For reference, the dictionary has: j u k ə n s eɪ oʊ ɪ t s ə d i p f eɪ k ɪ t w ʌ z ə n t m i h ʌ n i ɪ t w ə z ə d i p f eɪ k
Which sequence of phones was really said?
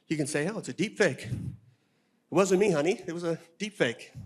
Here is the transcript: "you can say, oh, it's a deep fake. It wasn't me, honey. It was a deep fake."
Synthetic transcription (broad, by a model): j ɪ k ə n s eɪ oʊ ɪ t s ə d i p f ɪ k ɪ t w ʌ z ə n m i h ʌ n i ɪ t w ə z ə d i p f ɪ k